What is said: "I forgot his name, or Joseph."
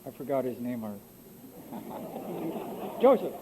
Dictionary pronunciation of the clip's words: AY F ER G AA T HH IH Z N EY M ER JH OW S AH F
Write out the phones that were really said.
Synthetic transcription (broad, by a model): AY F ER G AA T HH IH Z N EY M ER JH OW S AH F